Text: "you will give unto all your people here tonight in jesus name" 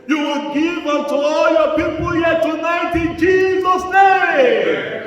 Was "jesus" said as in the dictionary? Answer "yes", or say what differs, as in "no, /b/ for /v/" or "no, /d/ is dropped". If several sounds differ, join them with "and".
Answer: yes